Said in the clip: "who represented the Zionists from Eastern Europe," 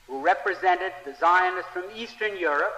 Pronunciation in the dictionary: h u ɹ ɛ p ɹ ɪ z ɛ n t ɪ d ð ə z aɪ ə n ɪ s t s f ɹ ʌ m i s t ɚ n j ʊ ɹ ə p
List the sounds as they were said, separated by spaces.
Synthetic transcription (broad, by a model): h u ɹ ɛ p ɹ ɪ z ɛ n t ɪ d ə z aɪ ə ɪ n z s f ɹ ʌ m i s t ɚ n j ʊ ɹ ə p